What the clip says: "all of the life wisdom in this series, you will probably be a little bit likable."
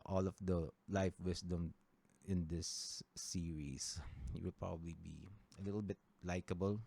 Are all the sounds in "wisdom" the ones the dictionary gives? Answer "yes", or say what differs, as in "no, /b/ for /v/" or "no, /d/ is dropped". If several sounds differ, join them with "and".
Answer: no, /s/ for /z/